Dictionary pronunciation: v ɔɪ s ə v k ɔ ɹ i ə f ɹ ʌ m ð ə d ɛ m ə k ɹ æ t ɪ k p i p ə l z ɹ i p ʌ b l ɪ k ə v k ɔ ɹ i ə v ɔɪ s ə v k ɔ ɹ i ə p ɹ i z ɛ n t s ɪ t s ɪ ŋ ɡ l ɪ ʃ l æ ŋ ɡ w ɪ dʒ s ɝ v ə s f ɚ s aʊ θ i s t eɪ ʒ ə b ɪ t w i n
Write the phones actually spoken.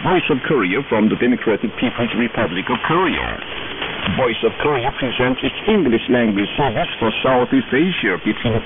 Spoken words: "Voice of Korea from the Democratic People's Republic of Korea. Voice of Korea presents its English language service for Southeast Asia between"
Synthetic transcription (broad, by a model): v ɔɪ s ə v k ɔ ɹ i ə f ɹ ʌ m ð ə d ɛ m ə k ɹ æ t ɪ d p i p ə l z ɹ i p ʌ b l ɪ k ə v k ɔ ɹ i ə v ɔɪ s ə v k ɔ ɹ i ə p ɹ i z ɛ n t s ɪ t s ɪ ŋ ɡ l ɪ ʃ l æ ŋ ɡ w ɪ dʒ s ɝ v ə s f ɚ s aʊ θ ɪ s eɪ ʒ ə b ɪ t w i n